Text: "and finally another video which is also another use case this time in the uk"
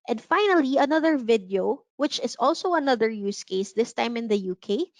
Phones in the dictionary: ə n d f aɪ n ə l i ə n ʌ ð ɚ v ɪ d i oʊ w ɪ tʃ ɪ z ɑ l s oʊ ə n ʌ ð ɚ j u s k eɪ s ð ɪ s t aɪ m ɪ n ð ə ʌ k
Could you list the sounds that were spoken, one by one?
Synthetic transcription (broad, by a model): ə n d f aɪ n ə l i ə n ʌ ð ɚ v ɪ d i oʊ w ɪ tʃ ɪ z ɑ l s oʊ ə n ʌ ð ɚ j u s k eɪ s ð ɪ s t aɪ m ɪ n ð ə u k